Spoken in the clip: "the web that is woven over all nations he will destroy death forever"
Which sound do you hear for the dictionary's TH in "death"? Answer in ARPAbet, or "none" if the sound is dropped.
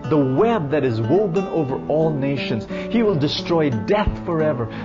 TH